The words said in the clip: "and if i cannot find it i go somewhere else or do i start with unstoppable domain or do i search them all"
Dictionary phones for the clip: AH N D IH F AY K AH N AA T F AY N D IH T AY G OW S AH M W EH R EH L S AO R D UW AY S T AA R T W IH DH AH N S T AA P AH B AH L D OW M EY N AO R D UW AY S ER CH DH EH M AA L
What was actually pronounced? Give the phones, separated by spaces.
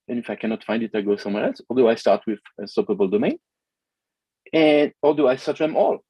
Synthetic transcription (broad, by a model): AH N IH F AY K AH N AA T F AY N D IH T AY G OW S AH M W EH R EH L S AO R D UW AY S T AA R T W IH DH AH S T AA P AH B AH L D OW M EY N AO R D UW AY S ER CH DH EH M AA L